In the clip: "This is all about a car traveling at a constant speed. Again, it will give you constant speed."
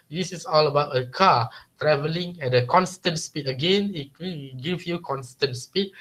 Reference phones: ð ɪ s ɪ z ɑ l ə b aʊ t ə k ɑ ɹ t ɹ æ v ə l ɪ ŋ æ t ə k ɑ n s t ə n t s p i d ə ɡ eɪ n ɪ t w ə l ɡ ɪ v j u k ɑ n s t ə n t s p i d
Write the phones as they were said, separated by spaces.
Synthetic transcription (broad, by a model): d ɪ s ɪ s ɑ l ə b aʊ t ə k ɑ t ɹ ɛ v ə l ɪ ŋ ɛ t ə k ɑ n s t ə n t s p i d ə ɡ eɪ n ɪ t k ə n ɡ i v j u k ɑ n s t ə n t s p i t